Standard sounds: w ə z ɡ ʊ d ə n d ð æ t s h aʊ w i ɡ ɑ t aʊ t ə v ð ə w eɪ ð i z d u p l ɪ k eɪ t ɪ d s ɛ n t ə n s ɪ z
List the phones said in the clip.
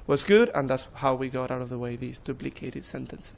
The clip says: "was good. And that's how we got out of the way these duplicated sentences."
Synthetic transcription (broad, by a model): w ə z ɡ ʊ d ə n ð æ t s h aʊ w i ɡ ɑ t aʊ t ə v ð ə w eɪ ð i z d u b l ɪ k eɪ t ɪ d s ɛ n t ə n s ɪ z